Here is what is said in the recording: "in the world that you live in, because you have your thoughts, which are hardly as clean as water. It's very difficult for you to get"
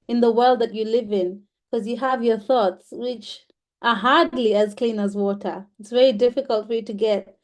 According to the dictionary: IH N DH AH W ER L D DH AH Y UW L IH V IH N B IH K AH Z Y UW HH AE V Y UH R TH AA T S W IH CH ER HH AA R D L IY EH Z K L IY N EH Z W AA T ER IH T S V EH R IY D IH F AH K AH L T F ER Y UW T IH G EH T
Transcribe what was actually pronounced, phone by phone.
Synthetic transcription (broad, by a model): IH N DH AH W ER L D DH AH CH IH L IH V IH N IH K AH Z Y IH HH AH V Y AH R TH AA T S W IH CH ER HH AA R D L IY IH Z K L IY N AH Z W AA T ER IH T S V EH R IY D IH F AH K AH L T F ER Y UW T IH G EH T